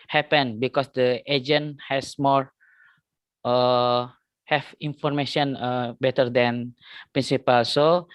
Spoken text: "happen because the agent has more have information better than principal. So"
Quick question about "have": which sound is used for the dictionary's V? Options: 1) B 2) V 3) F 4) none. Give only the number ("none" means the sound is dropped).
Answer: 3